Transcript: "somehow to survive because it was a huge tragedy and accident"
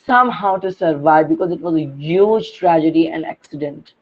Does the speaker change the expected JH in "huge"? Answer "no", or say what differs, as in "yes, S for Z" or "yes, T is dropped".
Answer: no